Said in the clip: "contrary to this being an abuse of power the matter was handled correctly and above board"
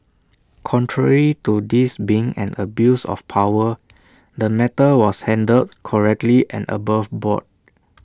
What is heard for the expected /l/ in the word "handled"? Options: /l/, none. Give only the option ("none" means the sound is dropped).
none